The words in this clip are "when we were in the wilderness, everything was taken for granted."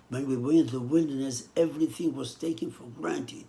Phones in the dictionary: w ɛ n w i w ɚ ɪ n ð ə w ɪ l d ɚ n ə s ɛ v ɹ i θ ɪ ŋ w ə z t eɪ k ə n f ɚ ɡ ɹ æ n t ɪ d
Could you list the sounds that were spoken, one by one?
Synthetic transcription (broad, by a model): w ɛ n w i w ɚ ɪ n ð ə w ɪ l d ɚ n ə s ɛ v ɹ i θ ɪ ŋ w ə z t eɪ k ə n f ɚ ɡ ɹ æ n t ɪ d